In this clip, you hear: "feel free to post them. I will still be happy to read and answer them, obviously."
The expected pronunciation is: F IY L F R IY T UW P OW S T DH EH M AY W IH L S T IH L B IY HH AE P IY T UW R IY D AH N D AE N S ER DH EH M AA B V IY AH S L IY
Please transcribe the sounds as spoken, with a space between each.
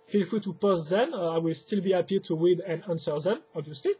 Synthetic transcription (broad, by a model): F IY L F IY T UW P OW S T DH EH M AY W IH L S T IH L B IY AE P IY T UW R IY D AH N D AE N S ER DH EH M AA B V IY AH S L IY